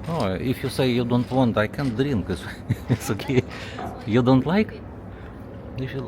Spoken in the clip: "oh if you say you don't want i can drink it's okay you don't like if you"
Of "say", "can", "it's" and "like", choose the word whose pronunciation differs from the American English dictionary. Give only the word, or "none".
it's